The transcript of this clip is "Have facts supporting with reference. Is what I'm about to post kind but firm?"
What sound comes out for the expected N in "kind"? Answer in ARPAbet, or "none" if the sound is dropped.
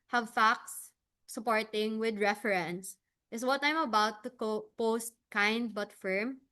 N